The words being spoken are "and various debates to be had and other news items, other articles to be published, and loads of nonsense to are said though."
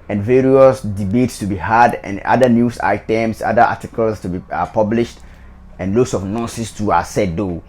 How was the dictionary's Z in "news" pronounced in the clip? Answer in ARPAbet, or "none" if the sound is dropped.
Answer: S